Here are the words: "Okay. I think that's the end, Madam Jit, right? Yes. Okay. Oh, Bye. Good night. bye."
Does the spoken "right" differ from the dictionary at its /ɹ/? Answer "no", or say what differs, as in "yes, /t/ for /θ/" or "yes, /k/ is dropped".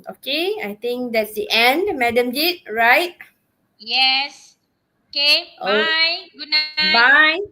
no